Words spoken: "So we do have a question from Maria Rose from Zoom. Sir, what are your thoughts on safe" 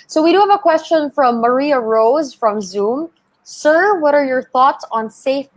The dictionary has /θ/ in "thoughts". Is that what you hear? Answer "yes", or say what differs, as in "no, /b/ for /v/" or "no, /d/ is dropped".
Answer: yes